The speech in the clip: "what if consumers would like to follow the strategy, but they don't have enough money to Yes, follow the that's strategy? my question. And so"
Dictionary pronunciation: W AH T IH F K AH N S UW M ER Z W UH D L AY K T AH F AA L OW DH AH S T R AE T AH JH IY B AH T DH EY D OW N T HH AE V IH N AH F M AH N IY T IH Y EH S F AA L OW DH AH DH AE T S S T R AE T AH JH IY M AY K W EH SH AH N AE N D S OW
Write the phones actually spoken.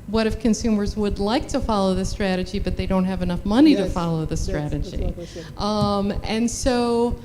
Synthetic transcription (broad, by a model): W AH T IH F K AH N S UW M ER Z W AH D L AY K T AH F AA L OW DH AH S T R AE T AH JH IY B AH T DH EY D OW N T HH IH V IH N AH F M AH N IY T IH F AA L OW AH DH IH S S T R AE T AH JH IY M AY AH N N S OW